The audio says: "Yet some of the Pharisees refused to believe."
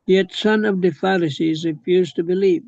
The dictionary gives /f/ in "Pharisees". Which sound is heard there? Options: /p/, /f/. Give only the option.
/f/